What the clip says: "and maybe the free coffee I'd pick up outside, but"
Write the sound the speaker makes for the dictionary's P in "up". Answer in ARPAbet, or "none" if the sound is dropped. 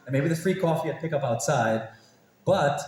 P